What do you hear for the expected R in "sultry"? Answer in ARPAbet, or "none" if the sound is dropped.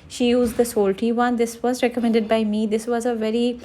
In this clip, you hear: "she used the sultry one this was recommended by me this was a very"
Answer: none